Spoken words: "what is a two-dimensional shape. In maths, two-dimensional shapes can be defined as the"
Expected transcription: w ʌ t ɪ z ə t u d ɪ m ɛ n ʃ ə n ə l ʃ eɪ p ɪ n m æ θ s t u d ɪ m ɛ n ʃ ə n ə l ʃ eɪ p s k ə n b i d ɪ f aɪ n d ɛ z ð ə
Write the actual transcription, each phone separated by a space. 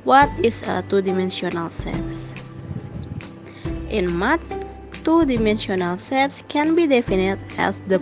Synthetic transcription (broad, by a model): w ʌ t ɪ s ə t u d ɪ m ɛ n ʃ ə n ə l s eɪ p ɪ n m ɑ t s t u d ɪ m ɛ n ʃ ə n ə l s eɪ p s k ə n b i d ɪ f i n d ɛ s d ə